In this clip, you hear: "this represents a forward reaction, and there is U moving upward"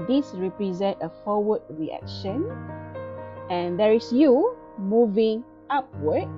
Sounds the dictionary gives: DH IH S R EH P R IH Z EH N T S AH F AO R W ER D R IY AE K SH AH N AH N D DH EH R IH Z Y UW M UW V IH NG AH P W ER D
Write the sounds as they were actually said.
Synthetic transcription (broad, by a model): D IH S R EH P R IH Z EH N T AH F AO W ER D R IY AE K SH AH N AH N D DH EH R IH S Y UW M UW V IH NG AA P W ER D